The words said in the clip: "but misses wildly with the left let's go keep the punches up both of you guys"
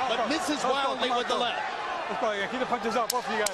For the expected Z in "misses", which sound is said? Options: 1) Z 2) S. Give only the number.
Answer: 1